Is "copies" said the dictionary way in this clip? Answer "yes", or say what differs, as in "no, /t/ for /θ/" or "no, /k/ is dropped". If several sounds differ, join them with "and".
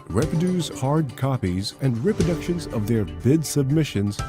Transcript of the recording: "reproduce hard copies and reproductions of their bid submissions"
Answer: yes